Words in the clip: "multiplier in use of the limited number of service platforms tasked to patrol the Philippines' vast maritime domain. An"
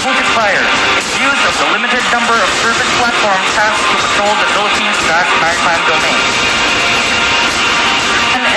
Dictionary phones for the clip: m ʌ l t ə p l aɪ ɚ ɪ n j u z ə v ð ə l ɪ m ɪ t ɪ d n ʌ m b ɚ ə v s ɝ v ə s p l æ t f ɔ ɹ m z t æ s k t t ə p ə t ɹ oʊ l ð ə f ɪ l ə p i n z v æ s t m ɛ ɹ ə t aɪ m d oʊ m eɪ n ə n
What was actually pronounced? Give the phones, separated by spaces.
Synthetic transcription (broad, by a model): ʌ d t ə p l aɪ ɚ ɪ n j u z ə v ð ə l ɪ m ɪ t ɪ d n ʌ m b ɚ ə v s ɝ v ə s p l æ t f ɔ ɹ m z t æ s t t ə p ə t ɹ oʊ l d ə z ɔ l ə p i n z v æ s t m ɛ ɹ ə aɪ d oʊ m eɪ ə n